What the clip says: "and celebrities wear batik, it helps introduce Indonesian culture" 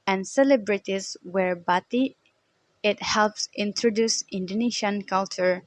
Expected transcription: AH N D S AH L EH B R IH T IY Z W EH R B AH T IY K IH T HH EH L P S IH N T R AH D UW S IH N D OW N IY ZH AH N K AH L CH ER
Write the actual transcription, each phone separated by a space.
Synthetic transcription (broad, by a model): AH N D S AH L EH B R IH T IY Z W EH R B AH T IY IH T HH EH L P S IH N T R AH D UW S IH N D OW N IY SH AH N K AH L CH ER